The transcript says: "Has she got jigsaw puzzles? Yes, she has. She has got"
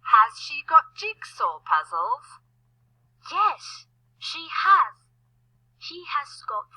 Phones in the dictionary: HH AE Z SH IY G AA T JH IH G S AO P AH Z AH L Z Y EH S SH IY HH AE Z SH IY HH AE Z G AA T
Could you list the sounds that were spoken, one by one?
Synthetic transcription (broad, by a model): HH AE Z SH IY G AA T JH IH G S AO P AH Z AH L Z Y EH S SH IY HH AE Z SH IY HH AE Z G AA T